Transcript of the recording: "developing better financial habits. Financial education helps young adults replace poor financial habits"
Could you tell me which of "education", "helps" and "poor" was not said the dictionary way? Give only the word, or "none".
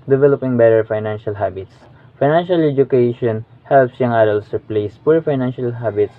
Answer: none